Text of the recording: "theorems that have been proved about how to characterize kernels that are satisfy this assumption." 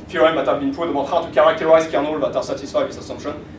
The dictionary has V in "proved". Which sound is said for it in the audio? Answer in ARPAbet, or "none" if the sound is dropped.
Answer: none